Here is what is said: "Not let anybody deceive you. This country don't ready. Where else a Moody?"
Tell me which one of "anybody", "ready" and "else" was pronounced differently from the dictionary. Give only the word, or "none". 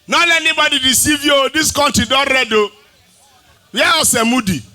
else